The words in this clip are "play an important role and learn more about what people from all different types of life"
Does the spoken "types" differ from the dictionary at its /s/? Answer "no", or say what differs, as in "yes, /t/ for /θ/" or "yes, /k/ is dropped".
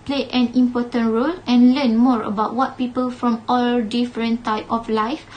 yes, /s/ is dropped